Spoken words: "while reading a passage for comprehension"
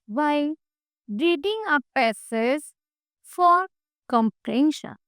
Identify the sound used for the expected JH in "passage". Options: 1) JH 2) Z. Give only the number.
2